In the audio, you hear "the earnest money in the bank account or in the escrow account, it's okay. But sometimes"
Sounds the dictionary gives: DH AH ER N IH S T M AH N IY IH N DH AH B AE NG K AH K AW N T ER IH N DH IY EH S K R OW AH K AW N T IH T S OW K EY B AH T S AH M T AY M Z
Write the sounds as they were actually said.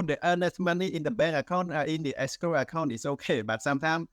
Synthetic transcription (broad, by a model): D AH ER N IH S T M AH N IY IH N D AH B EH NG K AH K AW N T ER IH N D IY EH S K OW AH K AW N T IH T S OW K EY B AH T S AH M T AY M